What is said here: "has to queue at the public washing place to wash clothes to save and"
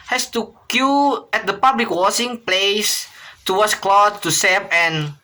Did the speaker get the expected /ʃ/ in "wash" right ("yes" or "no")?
no